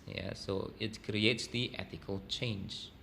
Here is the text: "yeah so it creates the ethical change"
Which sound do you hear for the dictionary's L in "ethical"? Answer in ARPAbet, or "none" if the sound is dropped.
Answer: L